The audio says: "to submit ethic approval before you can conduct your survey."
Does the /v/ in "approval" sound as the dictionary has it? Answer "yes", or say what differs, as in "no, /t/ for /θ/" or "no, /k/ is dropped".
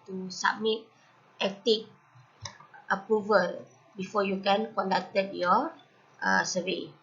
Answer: yes